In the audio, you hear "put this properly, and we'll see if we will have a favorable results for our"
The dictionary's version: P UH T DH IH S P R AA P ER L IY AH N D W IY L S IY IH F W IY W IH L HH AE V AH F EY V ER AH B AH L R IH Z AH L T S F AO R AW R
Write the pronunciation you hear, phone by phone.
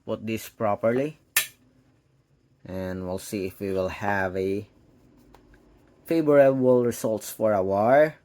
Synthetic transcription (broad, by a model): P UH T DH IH S P R AA P ER L IY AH N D W IY L S IY IH F W IY W IH L HH AE V AH F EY B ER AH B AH L R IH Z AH L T S F AO R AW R